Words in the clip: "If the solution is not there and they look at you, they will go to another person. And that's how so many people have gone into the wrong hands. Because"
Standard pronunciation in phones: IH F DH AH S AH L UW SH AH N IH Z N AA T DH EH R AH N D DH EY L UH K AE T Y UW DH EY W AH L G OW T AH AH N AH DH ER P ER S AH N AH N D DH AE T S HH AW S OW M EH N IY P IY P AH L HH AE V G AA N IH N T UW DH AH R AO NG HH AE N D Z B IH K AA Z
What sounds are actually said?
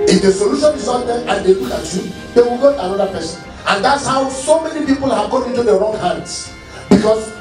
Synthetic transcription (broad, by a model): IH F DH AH S AH L UW SH AH N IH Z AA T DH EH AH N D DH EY W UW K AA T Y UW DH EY W AH L G OW T AH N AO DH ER P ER S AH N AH N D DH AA T S HH AW S OW M EH N IY P IY P AH L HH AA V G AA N IH N T UW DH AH R AO NG HH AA N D S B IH K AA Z